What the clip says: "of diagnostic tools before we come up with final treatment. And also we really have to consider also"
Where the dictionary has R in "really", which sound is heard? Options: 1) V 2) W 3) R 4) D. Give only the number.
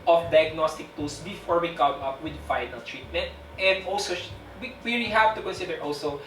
2